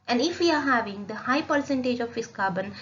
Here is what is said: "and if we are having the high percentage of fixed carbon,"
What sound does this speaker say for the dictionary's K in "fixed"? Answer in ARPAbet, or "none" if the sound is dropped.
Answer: none